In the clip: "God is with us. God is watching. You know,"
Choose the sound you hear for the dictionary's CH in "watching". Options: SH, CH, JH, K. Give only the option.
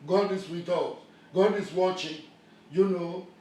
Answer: CH